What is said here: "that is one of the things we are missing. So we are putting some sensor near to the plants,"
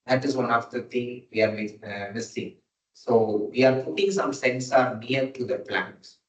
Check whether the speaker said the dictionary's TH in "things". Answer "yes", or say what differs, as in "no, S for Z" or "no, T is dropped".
no, T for TH